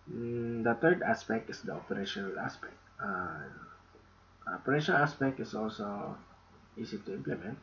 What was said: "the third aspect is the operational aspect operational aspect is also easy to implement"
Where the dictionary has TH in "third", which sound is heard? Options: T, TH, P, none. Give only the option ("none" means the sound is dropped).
T